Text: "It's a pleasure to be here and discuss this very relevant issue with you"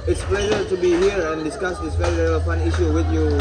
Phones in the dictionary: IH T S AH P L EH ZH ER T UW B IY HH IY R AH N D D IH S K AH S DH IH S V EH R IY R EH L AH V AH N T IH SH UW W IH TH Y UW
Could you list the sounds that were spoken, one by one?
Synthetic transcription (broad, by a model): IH T S P L EH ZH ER T UW B IY HH IY R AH N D D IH S K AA S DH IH S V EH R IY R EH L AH F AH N IH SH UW W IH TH Y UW